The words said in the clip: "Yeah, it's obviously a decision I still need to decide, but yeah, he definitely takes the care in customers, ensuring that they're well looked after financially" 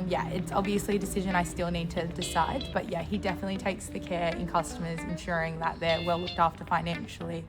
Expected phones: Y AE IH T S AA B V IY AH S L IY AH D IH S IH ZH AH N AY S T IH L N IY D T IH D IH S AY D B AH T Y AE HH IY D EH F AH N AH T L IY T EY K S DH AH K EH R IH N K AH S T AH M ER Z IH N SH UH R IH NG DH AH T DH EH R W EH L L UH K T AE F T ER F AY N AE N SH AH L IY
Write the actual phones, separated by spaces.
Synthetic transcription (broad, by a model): Y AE IH T S AA B V IY AH S L IY AH D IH S IH ZH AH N AY S T IH L N IY D T IH D IH S AY D B AH T Y AE HH IY D EH F AH N AH T L IY T EY K S DH AH K EH R IH N K AH S T AH M ER Z IH N SH UH R IH NG DH AH T DH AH R W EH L L UH K T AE F T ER F AY N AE N SH L IY